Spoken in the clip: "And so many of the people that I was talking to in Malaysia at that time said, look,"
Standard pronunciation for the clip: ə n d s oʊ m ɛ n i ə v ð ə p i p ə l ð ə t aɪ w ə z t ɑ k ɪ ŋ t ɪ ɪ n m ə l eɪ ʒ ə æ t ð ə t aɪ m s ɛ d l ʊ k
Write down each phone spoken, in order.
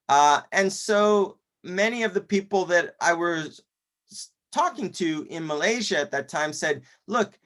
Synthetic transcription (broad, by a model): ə n s oʊ m ɛ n i ə v ð ə p i p l ð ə t aɪ w ə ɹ t ɑ k ɪ ŋ t ɪ ɪ n m ə l eɪ ʒ ə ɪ t ð ə t aɪ m s ɛ d l ʊ k